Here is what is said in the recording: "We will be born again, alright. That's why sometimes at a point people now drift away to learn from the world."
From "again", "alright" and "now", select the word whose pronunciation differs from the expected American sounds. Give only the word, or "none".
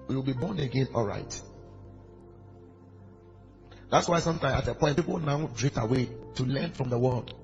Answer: none